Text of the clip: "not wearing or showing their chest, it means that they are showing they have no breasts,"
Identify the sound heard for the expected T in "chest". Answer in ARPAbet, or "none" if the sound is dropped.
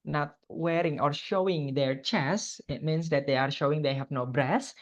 none